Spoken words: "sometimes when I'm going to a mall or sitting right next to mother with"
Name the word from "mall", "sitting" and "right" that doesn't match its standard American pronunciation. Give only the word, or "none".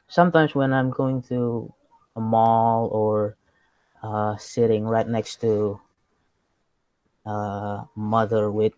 none